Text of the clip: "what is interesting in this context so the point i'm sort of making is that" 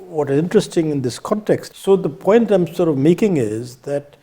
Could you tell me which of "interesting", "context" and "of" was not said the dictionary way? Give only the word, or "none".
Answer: none